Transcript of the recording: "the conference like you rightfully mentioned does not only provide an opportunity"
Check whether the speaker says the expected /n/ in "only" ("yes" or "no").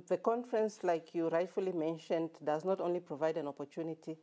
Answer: yes